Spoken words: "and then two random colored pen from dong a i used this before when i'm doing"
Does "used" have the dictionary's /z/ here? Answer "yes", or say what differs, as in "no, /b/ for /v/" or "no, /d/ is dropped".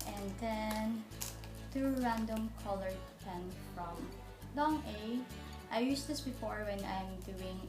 no, /s/ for /z/